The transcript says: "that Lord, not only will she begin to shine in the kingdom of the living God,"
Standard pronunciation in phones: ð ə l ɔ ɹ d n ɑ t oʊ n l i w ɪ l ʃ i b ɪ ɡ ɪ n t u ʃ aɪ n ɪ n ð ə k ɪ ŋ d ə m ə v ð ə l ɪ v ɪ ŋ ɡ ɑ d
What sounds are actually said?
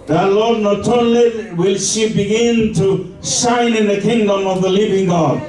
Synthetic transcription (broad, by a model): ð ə l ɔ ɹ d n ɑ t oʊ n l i w ɪ l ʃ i b ɪ ɡ ɪ n t u s aɪ n ɪ n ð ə k ɪ ŋ d ə m ə v ð ə l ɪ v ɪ ŋ ɡ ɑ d